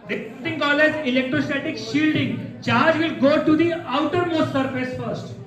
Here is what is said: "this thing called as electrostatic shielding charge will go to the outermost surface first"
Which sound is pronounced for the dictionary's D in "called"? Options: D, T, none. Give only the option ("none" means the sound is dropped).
none